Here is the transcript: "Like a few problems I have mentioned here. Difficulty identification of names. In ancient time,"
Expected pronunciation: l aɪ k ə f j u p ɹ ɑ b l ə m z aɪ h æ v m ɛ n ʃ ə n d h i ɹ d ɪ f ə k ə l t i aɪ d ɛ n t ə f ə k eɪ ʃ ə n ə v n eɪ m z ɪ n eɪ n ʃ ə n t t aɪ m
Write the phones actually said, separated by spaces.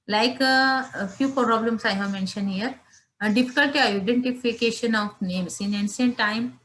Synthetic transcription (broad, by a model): l aɪ k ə f j u p ɹ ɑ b l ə m s aɪ h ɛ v m ɛ n ʃ ə n d h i ɹ d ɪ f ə k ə l t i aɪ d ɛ n t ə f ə k eɪ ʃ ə n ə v n eɪ m s ɪ n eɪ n s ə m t t aɪ m